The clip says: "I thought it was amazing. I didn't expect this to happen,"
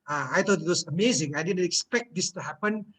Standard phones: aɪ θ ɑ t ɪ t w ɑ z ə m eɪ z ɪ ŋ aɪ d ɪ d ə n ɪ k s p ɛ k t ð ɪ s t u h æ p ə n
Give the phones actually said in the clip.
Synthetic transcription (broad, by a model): aɪ t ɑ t ɪ t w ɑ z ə m eɪ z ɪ ŋ aɪ d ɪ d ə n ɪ k s p ɛ k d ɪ s t u h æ p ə n